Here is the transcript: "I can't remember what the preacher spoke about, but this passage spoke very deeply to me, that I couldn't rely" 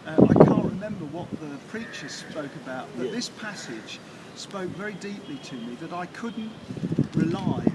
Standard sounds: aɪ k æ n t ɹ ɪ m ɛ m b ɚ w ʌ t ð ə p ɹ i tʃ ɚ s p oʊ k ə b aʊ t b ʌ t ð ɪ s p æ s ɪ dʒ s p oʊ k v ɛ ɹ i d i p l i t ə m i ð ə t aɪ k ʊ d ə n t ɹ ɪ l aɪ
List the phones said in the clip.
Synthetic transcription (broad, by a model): aɪ k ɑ n t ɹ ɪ m ɛ m b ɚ w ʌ t ð ə p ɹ i tʃ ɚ s p oʊ k ə b aʊ t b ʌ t ð ɪ s p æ s ɪ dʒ s p oʊ k v ɛ ɹ i d i p l i t ə m i ð ə t aɪ k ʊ d n t ɹ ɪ l aɪ